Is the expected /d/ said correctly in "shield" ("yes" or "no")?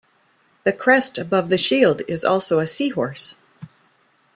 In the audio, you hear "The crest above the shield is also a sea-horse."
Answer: yes